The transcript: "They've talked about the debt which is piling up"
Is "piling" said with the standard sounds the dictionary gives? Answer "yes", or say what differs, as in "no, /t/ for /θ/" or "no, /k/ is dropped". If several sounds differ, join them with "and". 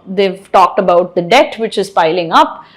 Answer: yes